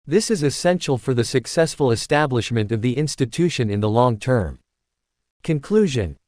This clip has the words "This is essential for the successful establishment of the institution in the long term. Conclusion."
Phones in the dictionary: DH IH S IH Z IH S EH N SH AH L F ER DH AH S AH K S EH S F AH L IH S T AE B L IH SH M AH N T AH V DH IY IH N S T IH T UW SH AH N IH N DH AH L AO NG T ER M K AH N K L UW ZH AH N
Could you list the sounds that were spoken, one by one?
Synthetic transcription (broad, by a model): DH IH S IH Z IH S EH N SH L F ER DH AH S AH K S EH S F AH L IH S T AE B L IH SH M AH N T AH V DH IY IH N S T IH T UW SH AH N IH N DH AH L AO NG T ER M K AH N K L UW ZH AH N